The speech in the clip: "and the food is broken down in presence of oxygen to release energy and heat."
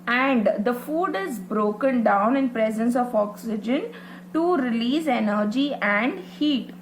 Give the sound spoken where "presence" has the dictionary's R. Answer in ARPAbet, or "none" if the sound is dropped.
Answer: R